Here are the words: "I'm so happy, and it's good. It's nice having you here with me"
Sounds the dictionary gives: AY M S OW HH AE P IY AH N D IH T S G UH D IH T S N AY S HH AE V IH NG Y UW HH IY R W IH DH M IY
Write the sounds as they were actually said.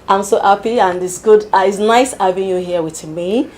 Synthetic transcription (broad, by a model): AY M S OW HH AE P IY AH N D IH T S G UH D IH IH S N AY S HH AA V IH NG Y UW HH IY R W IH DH M IY